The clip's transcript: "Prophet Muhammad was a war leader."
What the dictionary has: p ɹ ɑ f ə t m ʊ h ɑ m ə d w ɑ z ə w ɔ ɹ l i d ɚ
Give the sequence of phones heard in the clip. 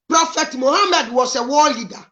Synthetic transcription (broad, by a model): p ɹ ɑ f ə t m ʊ h ɑ m ə d w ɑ s ə w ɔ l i d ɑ